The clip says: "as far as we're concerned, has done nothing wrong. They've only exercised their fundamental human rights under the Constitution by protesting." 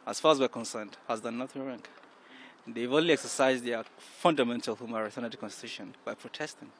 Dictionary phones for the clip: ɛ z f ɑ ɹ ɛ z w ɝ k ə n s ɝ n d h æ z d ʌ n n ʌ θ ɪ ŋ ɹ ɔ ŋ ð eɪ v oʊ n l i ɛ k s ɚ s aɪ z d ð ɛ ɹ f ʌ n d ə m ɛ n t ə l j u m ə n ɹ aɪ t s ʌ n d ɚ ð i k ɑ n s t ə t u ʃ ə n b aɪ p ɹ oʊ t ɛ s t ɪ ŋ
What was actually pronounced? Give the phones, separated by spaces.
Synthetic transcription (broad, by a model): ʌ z f ɑ ɹ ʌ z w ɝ k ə n s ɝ n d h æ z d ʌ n n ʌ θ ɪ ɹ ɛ ŋ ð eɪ v oʊ n l i ɛ k s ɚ s aɪ z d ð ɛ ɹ f ʌ n d ə m ɛ n t ə l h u m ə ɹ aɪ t ʌ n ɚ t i k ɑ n s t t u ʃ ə n b aɪ p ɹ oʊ t ɛ s t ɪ ŋ